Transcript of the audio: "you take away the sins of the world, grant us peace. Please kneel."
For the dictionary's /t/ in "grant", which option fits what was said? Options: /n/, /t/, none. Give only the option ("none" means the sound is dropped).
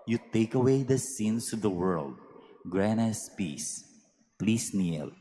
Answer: none